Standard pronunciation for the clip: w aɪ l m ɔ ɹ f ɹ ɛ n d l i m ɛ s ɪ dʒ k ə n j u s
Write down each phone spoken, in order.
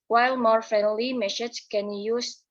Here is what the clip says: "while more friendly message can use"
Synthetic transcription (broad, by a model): w aɪ l m ɔ ɹ f ɹ ɛ n d l i m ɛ ʃ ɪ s k ə n j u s